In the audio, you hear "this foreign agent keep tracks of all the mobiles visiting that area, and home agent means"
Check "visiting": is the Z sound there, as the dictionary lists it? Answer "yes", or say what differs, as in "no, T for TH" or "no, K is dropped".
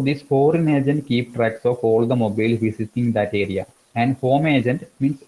no, S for Z